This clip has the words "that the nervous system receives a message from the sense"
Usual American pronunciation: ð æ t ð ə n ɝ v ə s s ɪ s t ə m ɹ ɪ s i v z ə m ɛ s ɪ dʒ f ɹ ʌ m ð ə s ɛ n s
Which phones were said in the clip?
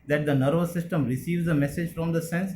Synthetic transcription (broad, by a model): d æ t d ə n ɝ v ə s s ɪ s t ə m ɹ ɪ s i v z ə m ɛ s ɪ dʒ f ɹ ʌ m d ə s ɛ n s